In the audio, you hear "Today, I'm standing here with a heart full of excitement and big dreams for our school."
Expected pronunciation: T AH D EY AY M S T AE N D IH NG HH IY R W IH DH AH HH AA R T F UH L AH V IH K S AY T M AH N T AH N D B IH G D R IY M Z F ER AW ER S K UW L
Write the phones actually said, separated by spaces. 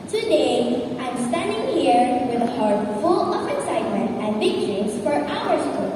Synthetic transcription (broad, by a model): T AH D EY AY M S T AE N D IH NG HH IY R W IH DH AH HH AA R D F UH L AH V IH K S AY T M AH N T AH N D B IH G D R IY Z F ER AW ER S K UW